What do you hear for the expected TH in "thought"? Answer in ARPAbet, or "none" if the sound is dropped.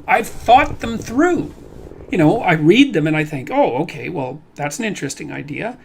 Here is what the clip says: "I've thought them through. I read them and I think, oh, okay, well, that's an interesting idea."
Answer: TH